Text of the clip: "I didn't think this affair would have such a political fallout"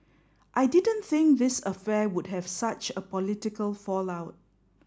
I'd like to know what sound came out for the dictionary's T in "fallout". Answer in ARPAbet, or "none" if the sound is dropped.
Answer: T